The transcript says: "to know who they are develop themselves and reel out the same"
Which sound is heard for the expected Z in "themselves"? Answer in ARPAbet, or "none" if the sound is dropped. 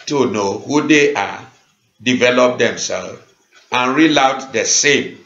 none